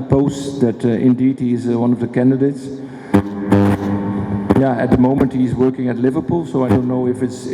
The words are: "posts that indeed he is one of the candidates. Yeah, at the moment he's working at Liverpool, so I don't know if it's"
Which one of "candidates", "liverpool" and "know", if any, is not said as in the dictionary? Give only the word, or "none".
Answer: none